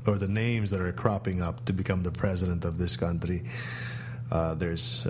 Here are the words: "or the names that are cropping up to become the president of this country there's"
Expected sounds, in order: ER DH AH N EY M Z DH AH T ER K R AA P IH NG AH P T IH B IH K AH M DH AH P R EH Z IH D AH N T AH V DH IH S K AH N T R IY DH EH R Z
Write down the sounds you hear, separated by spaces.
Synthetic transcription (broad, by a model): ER DH AH N EY M Z DH AH T ER K R AA P IH NG AH P T IH B IH K AH M DH AH P R EH Z IH D AH N T AH V DH IH S K AH N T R IY DH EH R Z